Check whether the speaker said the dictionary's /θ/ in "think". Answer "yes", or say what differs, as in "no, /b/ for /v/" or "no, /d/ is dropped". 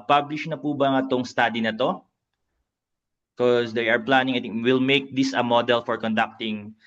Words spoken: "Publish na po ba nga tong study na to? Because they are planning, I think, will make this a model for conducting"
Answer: no, /t/ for /θ/